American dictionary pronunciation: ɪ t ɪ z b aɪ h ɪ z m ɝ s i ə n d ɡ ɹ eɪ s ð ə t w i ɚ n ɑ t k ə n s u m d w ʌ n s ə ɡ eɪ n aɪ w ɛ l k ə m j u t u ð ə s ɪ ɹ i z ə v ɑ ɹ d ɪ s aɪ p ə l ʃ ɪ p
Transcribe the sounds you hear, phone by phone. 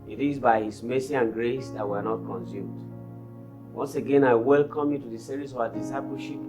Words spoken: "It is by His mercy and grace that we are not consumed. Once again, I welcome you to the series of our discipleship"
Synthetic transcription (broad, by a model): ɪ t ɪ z b aɪ h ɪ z m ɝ s i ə n ɡ ɹ eɪ s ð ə t w i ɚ n ɑ t k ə n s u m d w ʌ n s ə ɡ eɪ n aɪ w ɛ l k ə m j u t u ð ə s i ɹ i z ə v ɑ d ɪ s aɪ p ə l ʃ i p